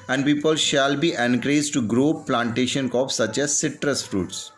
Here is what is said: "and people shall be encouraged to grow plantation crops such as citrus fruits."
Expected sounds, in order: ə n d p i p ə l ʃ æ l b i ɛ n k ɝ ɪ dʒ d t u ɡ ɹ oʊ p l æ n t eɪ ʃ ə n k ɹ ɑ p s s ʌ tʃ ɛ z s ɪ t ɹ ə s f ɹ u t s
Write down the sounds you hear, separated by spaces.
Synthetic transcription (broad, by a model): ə n d p i p ə l ʃ æ l b i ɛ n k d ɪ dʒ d t u ɡ ɹ oʊ p l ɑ n t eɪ ʃ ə n k ɑ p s s ʌ tʃ ɛ z s ɪ t ɹ ə s f ɹ u t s